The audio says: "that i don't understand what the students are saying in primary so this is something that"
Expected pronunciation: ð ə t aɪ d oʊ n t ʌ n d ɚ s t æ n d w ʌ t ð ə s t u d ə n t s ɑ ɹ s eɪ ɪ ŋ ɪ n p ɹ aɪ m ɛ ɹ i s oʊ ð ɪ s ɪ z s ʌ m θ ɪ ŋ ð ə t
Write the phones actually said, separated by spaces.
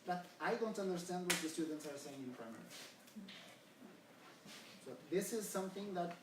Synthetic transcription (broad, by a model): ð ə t aɪ d oʊ n t ʌ n d ɚ s t æ n d w ʌ t ð ə s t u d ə n t s ɑ ɹ s eɪ ɪ ŋ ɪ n p ɹ aɪ m ɛ ɹ i s oʊ ð ɪ s ɪ z s ʌ m θ ɪ ŋ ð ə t